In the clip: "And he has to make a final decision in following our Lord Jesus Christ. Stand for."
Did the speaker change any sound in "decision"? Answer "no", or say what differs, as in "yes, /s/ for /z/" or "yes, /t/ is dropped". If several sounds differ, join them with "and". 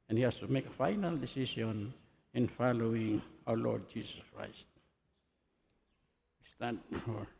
yes, /s/ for /ʒ/